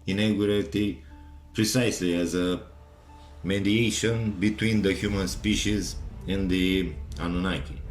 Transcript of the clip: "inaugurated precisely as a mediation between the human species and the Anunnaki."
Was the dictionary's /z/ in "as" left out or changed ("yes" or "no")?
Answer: no